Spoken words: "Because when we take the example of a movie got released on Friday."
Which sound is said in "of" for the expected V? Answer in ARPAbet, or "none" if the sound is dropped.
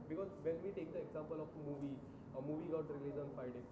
V